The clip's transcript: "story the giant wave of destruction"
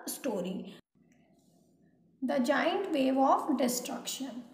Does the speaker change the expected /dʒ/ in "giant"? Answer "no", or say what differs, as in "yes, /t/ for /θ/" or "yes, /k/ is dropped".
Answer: no